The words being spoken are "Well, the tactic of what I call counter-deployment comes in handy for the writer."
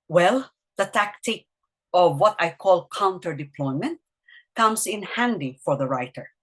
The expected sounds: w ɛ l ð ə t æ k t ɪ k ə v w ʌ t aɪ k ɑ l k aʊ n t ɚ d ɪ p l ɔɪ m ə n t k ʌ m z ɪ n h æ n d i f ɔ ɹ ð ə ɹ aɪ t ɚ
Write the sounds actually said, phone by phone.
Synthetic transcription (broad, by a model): w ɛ l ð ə t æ k t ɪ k ə v w ʌ t aɪ k ɑ l k aʊ n t ɚ d ɪ p l ɔɪ m ə n t k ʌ m s ɪ n h æ n d i f ɔ ɹ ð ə ɹ aɪ t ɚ